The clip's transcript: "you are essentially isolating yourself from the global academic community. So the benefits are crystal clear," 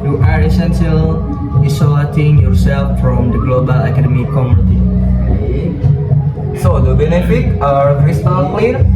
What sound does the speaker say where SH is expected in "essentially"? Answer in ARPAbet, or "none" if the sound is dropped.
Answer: S